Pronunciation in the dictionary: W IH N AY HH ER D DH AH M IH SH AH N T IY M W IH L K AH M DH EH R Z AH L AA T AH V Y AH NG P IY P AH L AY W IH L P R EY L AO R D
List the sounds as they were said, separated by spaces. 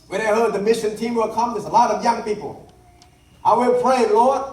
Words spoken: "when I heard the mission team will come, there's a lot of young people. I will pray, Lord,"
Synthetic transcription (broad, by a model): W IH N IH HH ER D DH AH M IH SH AH N T IY M W IH L K AH M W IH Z AH L AA T AH V Y AH NG P IY P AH L AY W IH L P R EY L AO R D